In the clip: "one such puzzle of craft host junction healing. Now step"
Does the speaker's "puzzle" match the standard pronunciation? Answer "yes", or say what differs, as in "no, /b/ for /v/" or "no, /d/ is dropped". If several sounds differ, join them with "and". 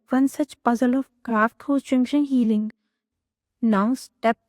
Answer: yes